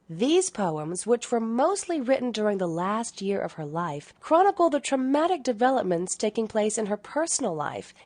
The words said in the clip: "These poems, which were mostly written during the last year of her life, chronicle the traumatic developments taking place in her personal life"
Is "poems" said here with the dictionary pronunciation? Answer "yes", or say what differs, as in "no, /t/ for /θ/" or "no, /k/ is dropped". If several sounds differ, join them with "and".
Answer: yes